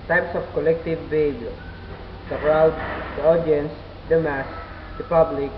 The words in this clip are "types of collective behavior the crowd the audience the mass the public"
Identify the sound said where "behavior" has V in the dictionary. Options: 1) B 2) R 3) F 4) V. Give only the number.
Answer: 1